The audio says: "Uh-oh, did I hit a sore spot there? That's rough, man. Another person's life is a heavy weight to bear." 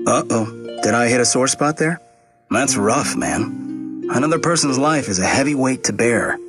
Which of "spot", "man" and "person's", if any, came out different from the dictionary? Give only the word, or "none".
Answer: none